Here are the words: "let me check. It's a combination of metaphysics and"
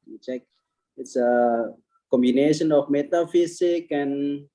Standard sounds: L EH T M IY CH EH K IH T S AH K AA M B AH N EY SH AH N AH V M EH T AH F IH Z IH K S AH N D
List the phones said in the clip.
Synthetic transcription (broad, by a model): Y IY CH EH K IH T S AH K AA M B AH N EY SH AH N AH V M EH T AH F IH S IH K AH N